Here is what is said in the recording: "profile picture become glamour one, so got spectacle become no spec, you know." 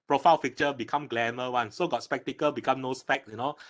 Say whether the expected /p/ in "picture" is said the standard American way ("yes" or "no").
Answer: no